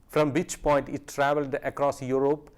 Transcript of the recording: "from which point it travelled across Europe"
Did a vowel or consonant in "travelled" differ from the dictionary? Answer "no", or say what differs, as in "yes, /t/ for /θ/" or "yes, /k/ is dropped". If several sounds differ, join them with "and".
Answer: no